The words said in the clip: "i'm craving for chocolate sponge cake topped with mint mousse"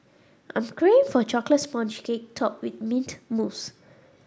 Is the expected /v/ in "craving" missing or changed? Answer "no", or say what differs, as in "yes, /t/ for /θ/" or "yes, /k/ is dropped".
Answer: yes, /v/ is dropped